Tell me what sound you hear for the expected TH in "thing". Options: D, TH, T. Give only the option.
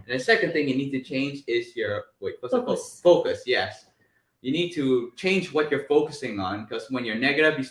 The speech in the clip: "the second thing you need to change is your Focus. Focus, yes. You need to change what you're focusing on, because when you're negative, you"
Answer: TH